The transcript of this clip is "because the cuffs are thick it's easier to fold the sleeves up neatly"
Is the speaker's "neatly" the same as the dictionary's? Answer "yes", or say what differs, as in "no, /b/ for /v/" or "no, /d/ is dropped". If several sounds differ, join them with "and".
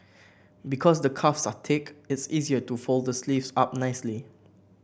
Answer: no, /s/ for /t/